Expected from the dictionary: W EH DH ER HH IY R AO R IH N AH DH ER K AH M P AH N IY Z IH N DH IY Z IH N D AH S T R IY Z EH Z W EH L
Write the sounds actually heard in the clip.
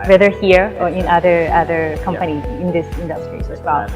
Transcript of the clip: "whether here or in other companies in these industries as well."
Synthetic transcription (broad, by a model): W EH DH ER HH IY R AO R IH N AH DH ER K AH M P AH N IY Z IH N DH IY S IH N D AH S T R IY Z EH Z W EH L